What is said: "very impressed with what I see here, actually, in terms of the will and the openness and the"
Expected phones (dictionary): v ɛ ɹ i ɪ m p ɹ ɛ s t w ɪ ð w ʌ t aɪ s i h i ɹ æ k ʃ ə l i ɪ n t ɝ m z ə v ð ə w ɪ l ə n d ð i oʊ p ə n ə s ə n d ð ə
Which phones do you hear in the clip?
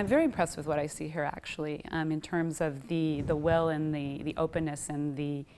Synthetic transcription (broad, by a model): v ɛ ɹ i ɪ m p ɹ ɛ s t w ɪ ð w ʌ t aɪ s i h i ɹ æ k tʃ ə l i ɪ n t ɝ m z ə v ð ə w ɪ l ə n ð ð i oʊ p ə n ə s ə n ð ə